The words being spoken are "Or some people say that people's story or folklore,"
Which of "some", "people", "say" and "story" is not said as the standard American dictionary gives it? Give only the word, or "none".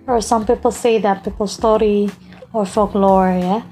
none